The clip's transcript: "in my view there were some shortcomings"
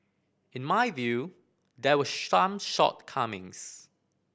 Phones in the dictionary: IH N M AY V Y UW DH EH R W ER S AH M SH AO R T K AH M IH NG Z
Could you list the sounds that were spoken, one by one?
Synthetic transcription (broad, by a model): IH N M AY V Y UW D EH W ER SH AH M SH AO T K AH M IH NG S